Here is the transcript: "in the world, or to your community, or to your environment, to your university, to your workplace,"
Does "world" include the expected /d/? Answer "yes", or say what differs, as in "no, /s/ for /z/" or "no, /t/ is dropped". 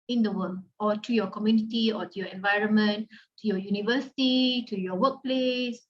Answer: no, /d/ is dropped